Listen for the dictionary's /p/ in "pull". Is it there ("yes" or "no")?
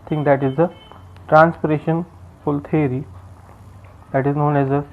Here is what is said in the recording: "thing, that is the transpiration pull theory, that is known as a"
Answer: no